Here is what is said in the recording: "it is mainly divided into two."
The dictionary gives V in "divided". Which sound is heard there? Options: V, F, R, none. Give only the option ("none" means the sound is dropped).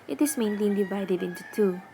V